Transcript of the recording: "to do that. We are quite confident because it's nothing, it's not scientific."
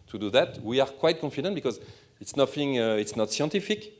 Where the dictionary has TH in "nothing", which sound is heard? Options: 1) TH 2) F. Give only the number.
2